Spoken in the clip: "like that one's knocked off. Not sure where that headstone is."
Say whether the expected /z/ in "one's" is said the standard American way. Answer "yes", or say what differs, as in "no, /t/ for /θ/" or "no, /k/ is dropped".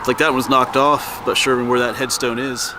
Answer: yes